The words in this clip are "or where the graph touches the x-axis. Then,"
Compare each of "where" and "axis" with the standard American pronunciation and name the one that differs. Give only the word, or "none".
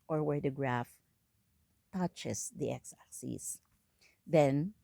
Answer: axis